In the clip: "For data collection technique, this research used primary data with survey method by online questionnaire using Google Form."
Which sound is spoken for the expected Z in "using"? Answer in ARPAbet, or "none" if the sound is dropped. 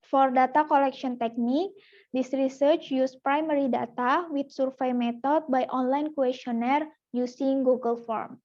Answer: S